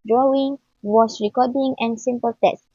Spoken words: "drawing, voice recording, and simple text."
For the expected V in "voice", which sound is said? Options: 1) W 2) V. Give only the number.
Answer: 1